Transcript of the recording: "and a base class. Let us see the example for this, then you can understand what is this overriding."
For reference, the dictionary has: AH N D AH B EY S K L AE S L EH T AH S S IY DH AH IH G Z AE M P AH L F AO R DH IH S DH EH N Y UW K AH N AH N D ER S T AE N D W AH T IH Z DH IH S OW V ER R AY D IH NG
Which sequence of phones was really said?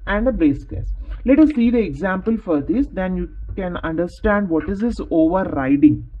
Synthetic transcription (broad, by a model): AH N D AH B EY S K AE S L EH T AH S S IY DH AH IH G Z AE M P AH L F AO R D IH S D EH N Y UW K AH N AH N D ER S T AE N D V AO T IH Z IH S OW V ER R AY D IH NG